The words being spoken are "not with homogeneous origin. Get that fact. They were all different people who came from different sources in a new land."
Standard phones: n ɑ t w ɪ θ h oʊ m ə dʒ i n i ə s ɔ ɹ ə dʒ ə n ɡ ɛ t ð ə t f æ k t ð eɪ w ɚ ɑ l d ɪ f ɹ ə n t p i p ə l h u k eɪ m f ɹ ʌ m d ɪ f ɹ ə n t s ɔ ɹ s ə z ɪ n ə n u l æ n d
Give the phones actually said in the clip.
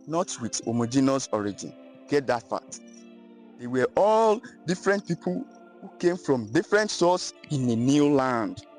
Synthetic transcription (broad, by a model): n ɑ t w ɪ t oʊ m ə dʒ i n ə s ɔ ɹ ə dʒ ə n ɡ ɛ t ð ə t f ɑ t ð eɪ w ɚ ɑ l d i f ɹ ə n t p i p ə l h u k eɪ m f ɹ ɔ m d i f ɹ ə n t s ɔ s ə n ɪ n ə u l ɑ n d